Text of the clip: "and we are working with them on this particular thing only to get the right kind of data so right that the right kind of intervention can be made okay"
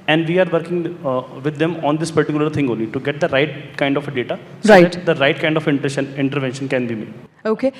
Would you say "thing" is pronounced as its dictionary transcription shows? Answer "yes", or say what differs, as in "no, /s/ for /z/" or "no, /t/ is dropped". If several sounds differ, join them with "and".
no, /t/ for /θ/